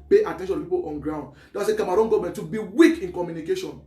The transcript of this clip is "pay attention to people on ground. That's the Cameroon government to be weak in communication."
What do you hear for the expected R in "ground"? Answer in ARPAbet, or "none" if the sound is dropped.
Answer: R